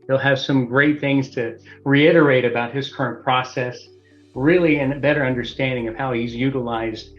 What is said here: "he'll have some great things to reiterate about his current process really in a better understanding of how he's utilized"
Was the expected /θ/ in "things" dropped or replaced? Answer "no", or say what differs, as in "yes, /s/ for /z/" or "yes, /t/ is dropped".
no